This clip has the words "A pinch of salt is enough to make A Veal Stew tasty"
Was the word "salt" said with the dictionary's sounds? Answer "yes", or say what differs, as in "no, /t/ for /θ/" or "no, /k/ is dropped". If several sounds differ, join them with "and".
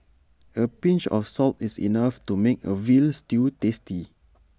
yes